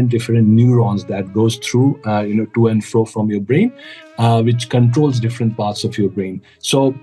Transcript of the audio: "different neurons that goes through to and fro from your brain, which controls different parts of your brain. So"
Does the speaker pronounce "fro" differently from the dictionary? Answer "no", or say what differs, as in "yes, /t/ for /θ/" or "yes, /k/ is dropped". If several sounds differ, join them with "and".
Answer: no